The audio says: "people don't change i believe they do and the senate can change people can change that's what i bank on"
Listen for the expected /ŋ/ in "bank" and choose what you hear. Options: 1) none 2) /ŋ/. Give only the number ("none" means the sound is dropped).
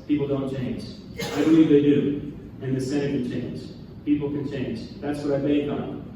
1